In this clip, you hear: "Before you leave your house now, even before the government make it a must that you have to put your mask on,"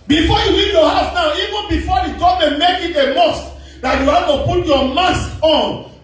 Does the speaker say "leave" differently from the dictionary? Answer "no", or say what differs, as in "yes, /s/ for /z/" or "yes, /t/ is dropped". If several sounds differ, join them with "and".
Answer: yes, /w/ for /l/